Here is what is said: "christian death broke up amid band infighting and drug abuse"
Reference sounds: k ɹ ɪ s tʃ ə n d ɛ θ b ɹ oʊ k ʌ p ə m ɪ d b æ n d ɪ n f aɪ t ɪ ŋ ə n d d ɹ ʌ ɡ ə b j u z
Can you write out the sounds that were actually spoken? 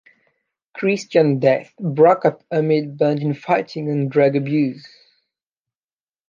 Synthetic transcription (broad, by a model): k ɹ ɪ s tʃ ə n d ɛ θ b ɹ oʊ k ʌ p ə m ɪ d b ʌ n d ɪ n f aɪ t ɪ ŋ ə n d d ɹ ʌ ɡ ə b j u z